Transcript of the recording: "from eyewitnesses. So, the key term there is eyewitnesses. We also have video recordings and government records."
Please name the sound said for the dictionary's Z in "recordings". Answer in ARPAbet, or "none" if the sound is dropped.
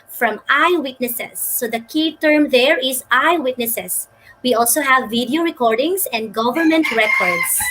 S